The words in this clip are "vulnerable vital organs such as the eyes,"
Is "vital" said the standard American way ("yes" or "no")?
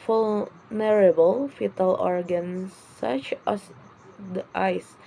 no